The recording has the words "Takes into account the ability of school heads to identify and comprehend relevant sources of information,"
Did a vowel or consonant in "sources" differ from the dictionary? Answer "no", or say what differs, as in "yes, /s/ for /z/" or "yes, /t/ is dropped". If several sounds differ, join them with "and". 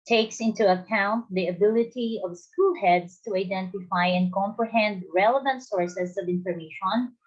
yes, /s/ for /z/